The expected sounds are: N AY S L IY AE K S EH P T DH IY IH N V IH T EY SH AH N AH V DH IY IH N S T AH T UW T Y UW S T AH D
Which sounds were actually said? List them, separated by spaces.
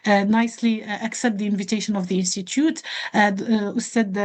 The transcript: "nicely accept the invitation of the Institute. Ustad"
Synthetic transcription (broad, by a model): N AY S L IY AE K S EH P T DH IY IH N V IH T EY SH AH N AH V DH IY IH N S T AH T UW T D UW S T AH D